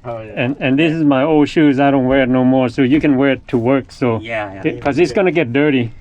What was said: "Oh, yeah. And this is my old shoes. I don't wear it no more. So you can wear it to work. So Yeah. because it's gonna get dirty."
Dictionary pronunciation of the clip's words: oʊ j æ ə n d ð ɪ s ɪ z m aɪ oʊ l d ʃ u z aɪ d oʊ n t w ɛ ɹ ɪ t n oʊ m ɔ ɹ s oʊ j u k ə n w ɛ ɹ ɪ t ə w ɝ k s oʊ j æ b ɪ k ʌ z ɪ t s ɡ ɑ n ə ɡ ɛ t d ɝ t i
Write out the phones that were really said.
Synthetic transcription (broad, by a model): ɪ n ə n ð ɪ s ɪ z m aɪ oʊ l d ʃ u z aɪ d oʊ n t w ɛ ɹ ɪ t n oʊ m ɔ ɹ s oʊ j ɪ k ə n w ɛ ɹ ɪ t ə w ɝ k s oʊ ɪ k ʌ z ɪ t s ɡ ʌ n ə ɡ ɛ t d ɝ t i